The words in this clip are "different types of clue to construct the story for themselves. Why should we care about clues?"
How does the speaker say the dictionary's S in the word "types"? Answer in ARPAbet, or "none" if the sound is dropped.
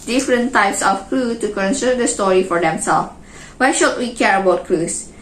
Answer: S